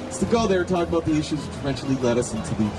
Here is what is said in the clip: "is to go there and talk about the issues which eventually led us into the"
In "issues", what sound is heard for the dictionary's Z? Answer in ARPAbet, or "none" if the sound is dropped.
Z